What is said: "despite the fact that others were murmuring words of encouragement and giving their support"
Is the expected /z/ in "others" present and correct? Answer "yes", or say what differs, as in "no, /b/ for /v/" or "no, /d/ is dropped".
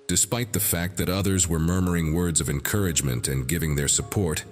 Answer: yes